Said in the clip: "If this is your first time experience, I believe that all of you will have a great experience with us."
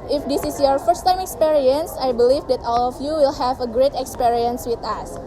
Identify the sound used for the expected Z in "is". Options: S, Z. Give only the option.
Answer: S